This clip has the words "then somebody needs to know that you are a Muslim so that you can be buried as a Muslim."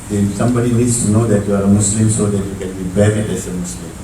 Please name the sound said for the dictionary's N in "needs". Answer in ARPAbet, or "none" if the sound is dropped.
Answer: L